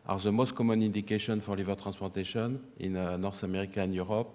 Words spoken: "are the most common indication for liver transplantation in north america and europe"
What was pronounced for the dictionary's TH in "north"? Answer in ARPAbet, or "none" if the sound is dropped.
S